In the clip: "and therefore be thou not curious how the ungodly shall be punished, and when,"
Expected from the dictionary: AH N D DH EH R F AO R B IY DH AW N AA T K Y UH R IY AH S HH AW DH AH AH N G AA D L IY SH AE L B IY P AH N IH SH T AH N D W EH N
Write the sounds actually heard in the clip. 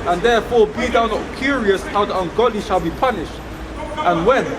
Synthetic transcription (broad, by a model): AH N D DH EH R F AO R B IY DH AW N AA T K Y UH R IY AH S HH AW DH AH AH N G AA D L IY SH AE L B IY P AH N IH SH T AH N W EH N